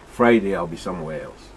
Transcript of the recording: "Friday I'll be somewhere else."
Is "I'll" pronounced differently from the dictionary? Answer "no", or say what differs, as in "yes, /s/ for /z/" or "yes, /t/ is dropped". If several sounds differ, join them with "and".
no